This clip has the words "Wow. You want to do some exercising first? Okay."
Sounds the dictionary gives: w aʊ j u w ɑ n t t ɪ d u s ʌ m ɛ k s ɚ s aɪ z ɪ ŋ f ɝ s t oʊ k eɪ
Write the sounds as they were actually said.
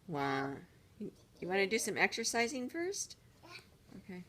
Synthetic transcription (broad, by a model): w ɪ j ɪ w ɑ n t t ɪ d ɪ s ʌ m ɛ k s ɚ s aɪ z ɪ ŋ f ɝ s t oʊ k eɪ